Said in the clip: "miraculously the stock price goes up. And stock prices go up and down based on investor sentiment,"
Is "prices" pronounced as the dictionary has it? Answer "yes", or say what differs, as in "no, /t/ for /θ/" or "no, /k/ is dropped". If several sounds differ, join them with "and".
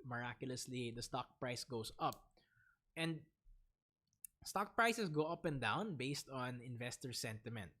no, /s/ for /z/